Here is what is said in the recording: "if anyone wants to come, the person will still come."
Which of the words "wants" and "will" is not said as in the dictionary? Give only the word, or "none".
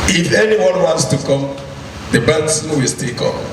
none